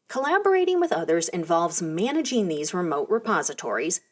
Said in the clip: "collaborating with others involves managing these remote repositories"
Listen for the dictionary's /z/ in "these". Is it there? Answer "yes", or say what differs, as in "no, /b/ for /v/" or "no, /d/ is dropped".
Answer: yes